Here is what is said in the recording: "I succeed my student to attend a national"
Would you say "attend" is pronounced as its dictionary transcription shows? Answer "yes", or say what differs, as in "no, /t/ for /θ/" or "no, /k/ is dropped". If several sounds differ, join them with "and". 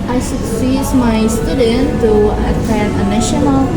no, /d/ is dropped